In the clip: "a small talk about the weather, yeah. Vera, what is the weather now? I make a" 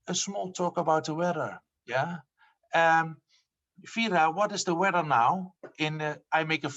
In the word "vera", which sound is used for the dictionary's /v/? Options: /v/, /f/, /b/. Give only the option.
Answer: /f/